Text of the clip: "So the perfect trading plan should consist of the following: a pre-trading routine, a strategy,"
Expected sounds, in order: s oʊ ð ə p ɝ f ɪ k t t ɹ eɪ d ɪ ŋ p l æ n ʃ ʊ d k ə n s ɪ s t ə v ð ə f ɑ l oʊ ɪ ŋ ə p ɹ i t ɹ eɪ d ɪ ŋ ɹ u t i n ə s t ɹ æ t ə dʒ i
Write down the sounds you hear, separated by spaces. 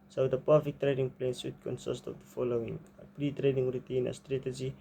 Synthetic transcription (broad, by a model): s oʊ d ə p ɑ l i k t t ɹ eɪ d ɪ ŋ p l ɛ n s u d k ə n s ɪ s t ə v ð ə f ɑ l oʊ ɪ ŋ ə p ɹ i t ɹ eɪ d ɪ ŋ ɹ u t i n ə s t ɹ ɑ t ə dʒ i